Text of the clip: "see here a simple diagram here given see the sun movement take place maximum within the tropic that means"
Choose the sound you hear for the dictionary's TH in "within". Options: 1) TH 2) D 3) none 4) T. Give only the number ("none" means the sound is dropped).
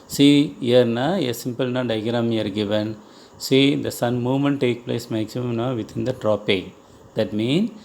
4